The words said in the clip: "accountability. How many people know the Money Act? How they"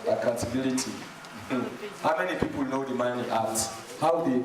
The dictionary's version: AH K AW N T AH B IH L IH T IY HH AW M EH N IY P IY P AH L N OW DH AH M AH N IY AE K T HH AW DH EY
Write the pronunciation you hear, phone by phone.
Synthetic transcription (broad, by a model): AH K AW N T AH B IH L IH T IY HH AW M EH N IY P IY P AH L N OW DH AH M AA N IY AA T HH AW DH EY